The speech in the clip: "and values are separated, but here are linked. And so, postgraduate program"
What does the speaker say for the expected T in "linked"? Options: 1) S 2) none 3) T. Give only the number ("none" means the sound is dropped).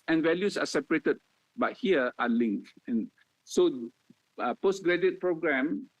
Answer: 2